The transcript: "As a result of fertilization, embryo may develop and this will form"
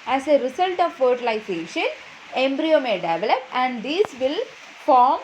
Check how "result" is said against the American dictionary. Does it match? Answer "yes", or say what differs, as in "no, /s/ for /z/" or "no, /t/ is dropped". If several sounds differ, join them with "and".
no, /s/ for /z/